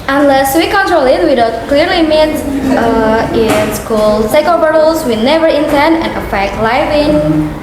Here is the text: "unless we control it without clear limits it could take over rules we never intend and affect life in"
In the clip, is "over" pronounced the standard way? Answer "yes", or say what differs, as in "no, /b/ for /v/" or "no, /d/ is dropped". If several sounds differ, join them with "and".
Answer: no, /b/ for /v/